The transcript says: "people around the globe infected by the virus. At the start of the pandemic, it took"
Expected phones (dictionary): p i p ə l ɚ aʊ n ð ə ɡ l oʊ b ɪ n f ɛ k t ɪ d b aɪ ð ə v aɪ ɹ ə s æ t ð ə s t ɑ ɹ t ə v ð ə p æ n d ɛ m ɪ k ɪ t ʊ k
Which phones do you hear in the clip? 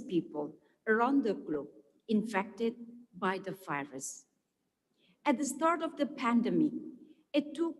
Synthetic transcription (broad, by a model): p i p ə l ɚ aʊ n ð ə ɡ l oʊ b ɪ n f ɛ k t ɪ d b aɪ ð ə f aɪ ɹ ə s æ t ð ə s t ɑ ɹ t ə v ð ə p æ n d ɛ m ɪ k ɪ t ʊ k